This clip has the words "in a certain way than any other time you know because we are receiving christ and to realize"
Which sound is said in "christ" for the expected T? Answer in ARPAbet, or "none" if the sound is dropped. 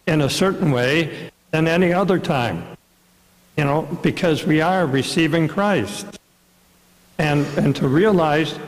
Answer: T